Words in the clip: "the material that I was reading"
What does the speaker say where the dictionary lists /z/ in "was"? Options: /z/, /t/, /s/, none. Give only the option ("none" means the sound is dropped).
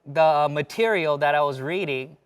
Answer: /z/